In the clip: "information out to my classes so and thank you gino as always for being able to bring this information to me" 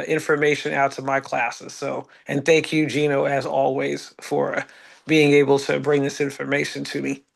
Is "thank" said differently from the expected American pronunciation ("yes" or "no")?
no